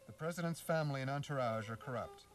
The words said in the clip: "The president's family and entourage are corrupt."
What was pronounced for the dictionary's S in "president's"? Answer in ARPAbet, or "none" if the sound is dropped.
S